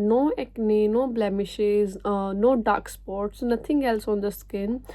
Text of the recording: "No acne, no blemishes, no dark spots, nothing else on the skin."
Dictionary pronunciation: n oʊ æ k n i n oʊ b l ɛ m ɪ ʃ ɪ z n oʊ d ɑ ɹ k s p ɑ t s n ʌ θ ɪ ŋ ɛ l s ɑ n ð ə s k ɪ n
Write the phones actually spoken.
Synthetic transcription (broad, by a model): n oʊ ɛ k n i n oʊ b l ɛ m ɪ ʃ ɪ z n oʊ d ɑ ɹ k s p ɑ t s n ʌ t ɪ ŋ ɛ l s ɑ n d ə s k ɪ n